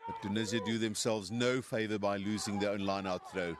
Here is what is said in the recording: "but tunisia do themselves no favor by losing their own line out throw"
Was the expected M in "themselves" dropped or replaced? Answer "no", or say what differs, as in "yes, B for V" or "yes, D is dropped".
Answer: no